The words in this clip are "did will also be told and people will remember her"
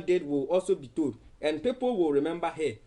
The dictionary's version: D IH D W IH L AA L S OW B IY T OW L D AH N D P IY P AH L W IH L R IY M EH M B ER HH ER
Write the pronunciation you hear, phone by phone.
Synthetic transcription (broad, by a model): D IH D W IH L AA L S OW B IY T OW D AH N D P IY P AH L W IH L R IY M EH M B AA HH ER